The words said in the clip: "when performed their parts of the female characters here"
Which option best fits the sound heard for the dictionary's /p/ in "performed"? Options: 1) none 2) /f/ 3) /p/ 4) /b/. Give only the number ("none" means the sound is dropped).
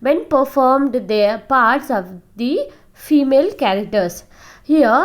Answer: 3